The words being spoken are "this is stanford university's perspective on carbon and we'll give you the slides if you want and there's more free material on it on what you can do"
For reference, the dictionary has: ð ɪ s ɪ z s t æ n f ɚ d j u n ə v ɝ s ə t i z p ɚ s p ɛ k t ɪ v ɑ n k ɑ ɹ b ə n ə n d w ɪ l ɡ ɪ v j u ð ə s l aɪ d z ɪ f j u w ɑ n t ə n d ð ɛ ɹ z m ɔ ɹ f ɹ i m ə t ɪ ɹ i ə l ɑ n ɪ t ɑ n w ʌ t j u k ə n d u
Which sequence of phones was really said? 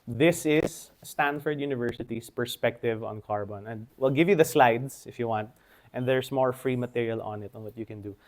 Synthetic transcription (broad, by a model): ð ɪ s ɪ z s t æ n f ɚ d j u n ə v ɝ s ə t i s p ɚ s p ɛ k t ɪ v ɑ n k ɑ ɹ b ə n ə n d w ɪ l ɡ ɪ v j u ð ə s l aɪ d s ɪ f j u w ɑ n t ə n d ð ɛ ɹ s m ɔ ɹ f ɹ i m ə t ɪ ɹ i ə l ɑ n ɪ t ɑ n w ʌ t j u k ə n d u